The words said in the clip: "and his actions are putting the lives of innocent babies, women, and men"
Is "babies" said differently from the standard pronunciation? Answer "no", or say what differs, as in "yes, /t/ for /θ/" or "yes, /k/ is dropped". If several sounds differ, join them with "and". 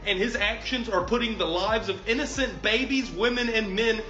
no